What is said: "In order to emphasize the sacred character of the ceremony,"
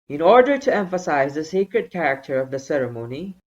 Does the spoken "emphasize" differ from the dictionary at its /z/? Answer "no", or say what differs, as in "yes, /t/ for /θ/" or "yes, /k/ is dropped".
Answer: no